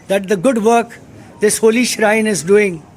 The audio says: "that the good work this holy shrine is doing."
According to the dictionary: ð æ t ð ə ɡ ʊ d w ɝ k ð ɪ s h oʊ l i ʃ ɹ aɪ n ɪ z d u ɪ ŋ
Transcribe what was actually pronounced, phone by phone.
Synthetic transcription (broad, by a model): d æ t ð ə ɡ ʊ d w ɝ k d ɪ s h oʊ l i ʃ ɹ aɪ n ɪ z d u ɪ ŋ